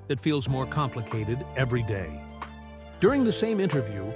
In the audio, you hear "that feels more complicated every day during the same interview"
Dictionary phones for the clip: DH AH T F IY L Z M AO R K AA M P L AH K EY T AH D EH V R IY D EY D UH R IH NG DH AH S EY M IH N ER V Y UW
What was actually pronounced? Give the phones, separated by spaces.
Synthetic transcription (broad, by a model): DH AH T F IY L Z M AO R K AA M P L AH K EY T AH D EH V R IY D EY D UH R IH NG DH AH S EY M IH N ER V Y UW